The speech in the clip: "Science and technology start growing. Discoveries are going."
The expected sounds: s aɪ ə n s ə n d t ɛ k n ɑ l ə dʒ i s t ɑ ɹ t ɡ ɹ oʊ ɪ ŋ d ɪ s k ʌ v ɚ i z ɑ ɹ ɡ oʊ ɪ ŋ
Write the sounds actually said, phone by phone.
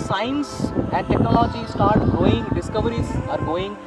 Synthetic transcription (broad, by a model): s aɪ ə n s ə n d t ɛ k n ɑ l ə dʒ i s t ɑ ɹ t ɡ oʊ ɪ ŋ d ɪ s k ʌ v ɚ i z ɑ ɹ ɡ oʊ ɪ ŋ